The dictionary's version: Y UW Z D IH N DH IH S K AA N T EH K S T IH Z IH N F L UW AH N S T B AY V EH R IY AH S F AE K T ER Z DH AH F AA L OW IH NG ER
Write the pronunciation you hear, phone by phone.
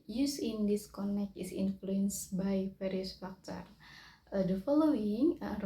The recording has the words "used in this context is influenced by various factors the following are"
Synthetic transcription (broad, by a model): Y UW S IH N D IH S K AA N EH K T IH S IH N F L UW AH N S B AY F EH R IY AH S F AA K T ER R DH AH F AA L OW IH NG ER